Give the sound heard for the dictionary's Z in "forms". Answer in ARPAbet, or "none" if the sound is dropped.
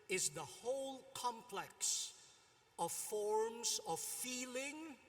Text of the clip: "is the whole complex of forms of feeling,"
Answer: Z